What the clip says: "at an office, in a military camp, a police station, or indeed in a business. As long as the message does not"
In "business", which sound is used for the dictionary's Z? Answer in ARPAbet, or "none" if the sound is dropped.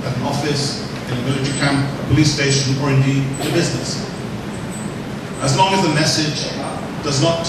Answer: Z